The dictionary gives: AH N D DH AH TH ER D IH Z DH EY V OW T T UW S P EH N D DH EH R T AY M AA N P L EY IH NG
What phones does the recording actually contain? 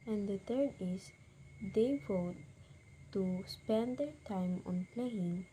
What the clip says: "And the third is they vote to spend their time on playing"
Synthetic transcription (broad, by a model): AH N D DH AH T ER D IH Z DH EY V OW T T UW S P EH N D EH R T AY M AA N P L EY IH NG